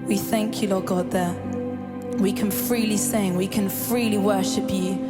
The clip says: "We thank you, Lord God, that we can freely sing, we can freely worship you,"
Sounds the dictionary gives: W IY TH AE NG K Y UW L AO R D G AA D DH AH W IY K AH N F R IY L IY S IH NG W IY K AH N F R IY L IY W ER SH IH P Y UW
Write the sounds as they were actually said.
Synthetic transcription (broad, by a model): W IY TH AE NG K Y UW L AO G AA D DH AH W IY K AH N F R IY L IY S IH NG W IY K AH N F R IY L IY W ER SH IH P Y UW